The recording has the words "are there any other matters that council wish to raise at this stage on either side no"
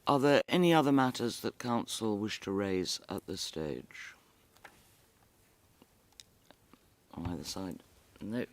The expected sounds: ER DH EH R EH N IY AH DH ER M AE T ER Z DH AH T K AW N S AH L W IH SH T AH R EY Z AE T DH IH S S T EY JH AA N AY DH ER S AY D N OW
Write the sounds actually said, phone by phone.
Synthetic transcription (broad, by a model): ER DH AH R EH N IY AH DH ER M AE T ER Z DH AH T K AW N S L W IH SH T AH R EY Z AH T DH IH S S T EY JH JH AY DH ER S AY D N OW